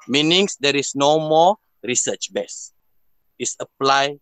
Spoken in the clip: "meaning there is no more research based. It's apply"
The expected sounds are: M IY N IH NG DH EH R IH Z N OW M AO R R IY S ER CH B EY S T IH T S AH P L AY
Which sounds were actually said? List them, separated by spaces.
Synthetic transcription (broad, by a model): M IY N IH NG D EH R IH S N OW M AO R R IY S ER CH B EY S IH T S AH P L AY